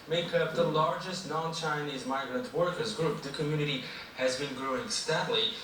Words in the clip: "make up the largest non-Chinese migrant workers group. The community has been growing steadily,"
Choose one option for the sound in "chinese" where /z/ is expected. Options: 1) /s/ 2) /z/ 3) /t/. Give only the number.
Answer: 2